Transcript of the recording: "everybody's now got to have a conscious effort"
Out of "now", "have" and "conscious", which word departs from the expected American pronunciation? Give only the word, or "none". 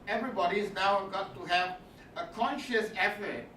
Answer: none